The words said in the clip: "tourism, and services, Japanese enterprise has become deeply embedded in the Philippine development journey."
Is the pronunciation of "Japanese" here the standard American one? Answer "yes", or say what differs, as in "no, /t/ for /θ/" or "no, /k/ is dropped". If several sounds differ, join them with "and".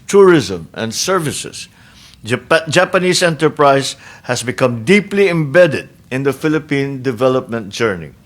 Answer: no, /s/ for /z/